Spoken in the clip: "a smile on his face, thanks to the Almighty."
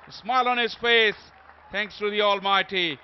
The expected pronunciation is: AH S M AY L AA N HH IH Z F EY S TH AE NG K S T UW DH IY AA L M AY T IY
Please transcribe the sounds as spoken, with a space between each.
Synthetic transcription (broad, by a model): S M AY L AA N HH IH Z F EY S T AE NG K S T UW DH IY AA L M AY T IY